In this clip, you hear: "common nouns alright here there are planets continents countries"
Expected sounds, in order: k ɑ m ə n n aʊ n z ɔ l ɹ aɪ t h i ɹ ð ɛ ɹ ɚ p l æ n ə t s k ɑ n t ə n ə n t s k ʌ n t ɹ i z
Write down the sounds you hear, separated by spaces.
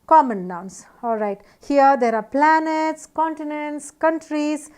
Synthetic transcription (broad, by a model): k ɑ m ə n n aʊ n s ɔ l ɹ aɪ t h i ɹ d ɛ ɹ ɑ p l æ n ə t s k ɑ n t ə n ə n t s k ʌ n t ɹ i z